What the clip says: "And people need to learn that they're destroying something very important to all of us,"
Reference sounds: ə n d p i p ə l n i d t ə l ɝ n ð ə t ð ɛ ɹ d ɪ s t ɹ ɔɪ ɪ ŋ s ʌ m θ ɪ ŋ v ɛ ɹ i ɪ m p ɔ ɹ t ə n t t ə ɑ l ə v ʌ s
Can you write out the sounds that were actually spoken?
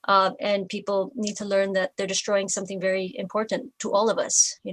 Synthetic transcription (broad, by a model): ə n p i p l n i d t ə l ɝ n ð ə t ð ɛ ɹ d ɪ s t ɹ ɔɪ ɪ ŋ s ʌ m θ ɪ ŋ v ɛ ɹ i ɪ m p ɔ ɹ t n t t ɑ l ə v ʌ s